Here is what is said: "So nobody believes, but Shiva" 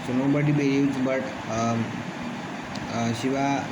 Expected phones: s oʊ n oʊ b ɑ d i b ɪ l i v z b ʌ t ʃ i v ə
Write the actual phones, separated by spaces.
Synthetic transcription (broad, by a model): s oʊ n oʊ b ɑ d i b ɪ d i z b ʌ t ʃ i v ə